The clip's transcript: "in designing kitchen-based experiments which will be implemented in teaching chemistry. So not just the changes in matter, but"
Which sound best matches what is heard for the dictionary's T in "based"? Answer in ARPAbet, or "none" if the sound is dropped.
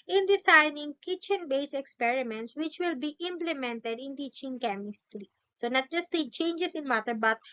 none